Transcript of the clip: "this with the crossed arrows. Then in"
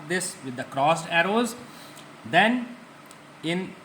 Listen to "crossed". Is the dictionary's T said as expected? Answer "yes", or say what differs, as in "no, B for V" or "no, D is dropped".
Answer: yes